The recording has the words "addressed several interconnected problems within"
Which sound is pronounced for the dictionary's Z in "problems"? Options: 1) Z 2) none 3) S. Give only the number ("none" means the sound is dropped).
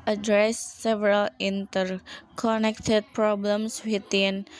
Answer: 3